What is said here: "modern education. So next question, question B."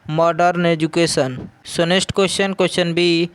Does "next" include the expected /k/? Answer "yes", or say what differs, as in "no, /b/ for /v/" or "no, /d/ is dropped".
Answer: no, /k/ is dropped